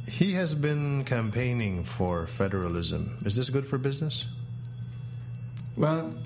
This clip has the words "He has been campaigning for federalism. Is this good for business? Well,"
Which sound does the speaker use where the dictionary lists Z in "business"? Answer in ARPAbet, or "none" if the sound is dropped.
Z